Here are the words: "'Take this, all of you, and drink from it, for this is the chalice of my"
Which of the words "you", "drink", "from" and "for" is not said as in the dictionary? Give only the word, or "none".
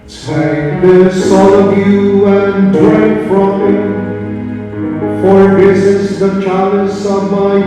drink